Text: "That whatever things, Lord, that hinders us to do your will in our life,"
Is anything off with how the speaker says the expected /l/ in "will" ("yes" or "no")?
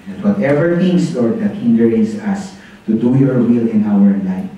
no